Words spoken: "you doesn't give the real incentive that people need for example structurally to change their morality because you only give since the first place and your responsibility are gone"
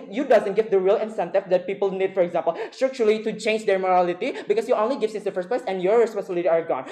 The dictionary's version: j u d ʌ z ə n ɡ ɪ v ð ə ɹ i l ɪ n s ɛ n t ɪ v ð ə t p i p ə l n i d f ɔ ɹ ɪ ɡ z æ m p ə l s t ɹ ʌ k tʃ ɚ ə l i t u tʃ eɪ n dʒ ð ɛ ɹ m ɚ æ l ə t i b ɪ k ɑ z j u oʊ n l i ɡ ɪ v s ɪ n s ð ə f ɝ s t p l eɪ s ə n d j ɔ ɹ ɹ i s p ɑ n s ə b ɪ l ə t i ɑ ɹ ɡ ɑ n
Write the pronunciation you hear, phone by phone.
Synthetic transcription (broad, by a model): j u d ʌ z ə n ɡ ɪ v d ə ɹ i l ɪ n s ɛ n t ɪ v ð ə t p i p ə l n i d f ɔ ɹ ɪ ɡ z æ m p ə l s t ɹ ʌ k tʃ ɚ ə l i t u tʃ eɪ n dʒ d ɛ ɹ m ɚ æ l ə t i b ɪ k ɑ s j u oʊ n l i ɡ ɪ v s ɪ s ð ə f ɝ s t p l eɪ s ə n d j ɔ ɹ ɹ i s p ɑ n s ə b ɪ l ə t i ɑ ɹ ɡ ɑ n